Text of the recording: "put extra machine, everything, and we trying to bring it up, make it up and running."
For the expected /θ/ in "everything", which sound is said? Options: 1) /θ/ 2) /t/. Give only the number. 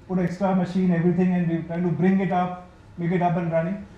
2